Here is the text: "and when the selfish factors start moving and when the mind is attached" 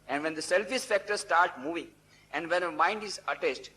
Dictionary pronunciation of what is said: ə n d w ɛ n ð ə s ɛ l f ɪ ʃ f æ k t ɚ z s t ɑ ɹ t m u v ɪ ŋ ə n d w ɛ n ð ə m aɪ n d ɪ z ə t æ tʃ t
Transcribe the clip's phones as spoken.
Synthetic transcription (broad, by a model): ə n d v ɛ n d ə s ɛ l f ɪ s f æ k t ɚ s t ɑ ɹ t m u v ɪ ŋ ə n d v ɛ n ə m aɪ n d ɪ z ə t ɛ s t